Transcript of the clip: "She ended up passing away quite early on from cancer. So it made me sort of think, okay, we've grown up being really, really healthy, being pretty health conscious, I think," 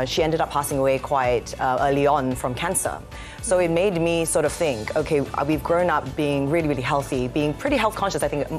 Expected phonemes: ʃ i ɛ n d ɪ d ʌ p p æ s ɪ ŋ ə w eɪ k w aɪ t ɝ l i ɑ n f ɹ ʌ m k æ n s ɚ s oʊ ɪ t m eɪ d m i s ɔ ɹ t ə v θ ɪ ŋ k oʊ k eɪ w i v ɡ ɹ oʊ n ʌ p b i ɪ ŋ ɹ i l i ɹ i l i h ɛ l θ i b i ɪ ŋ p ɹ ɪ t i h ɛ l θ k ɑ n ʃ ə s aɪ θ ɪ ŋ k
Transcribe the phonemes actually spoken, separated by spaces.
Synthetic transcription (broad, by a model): ʃ i ɛ n d ɪ d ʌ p p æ s ɪ ŋ ə w eɪ k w aɪ t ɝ l i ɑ n f ɹ ʌ m k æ n s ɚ s oʊ ɪ t m eɪ d m i s ɔ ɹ t ə v θ ɪ ŋ k oʊ k eɪ w i v ɡ ɹ oʊ n ʌ p b i ɪ ŋ ɹ i l i ɹ i l i h ɛ l θ i b i ɪ ŋ p ɹ ɪ t i h ɛ l θ k ɑ n ʃ ə s aɪ θ ɪ ŋ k